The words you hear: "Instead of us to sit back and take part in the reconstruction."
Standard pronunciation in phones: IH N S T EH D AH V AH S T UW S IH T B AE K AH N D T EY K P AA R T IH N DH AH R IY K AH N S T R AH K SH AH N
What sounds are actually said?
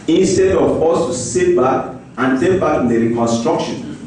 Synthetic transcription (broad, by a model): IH N S T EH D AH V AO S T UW S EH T B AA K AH N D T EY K B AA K IH N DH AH R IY K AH N S T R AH K SH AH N